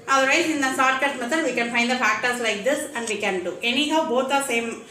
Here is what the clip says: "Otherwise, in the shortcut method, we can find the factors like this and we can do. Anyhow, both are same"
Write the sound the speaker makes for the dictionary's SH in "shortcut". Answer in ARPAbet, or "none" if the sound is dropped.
S